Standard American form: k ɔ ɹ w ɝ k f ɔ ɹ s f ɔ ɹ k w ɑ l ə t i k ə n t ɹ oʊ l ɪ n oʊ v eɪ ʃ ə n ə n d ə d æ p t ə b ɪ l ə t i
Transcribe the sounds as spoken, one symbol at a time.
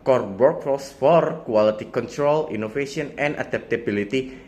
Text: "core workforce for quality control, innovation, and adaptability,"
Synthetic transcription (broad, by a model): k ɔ ɹ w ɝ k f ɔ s f ɔ ɹ k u ɑ l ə t i k ə n t ɹ oʊ l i n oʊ f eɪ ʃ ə n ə n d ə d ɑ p t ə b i l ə t i